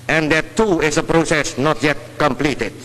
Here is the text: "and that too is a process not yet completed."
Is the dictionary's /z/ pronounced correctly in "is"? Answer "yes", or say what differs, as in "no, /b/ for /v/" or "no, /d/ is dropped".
no, /s/ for /z/